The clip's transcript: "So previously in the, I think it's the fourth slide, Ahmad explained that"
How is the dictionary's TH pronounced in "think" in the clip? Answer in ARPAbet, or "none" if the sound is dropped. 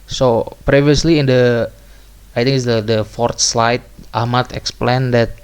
T